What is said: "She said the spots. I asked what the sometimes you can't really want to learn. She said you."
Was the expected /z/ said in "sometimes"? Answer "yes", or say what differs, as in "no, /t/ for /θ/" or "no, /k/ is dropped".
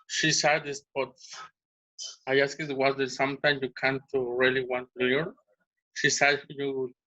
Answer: no, /z/ is dropped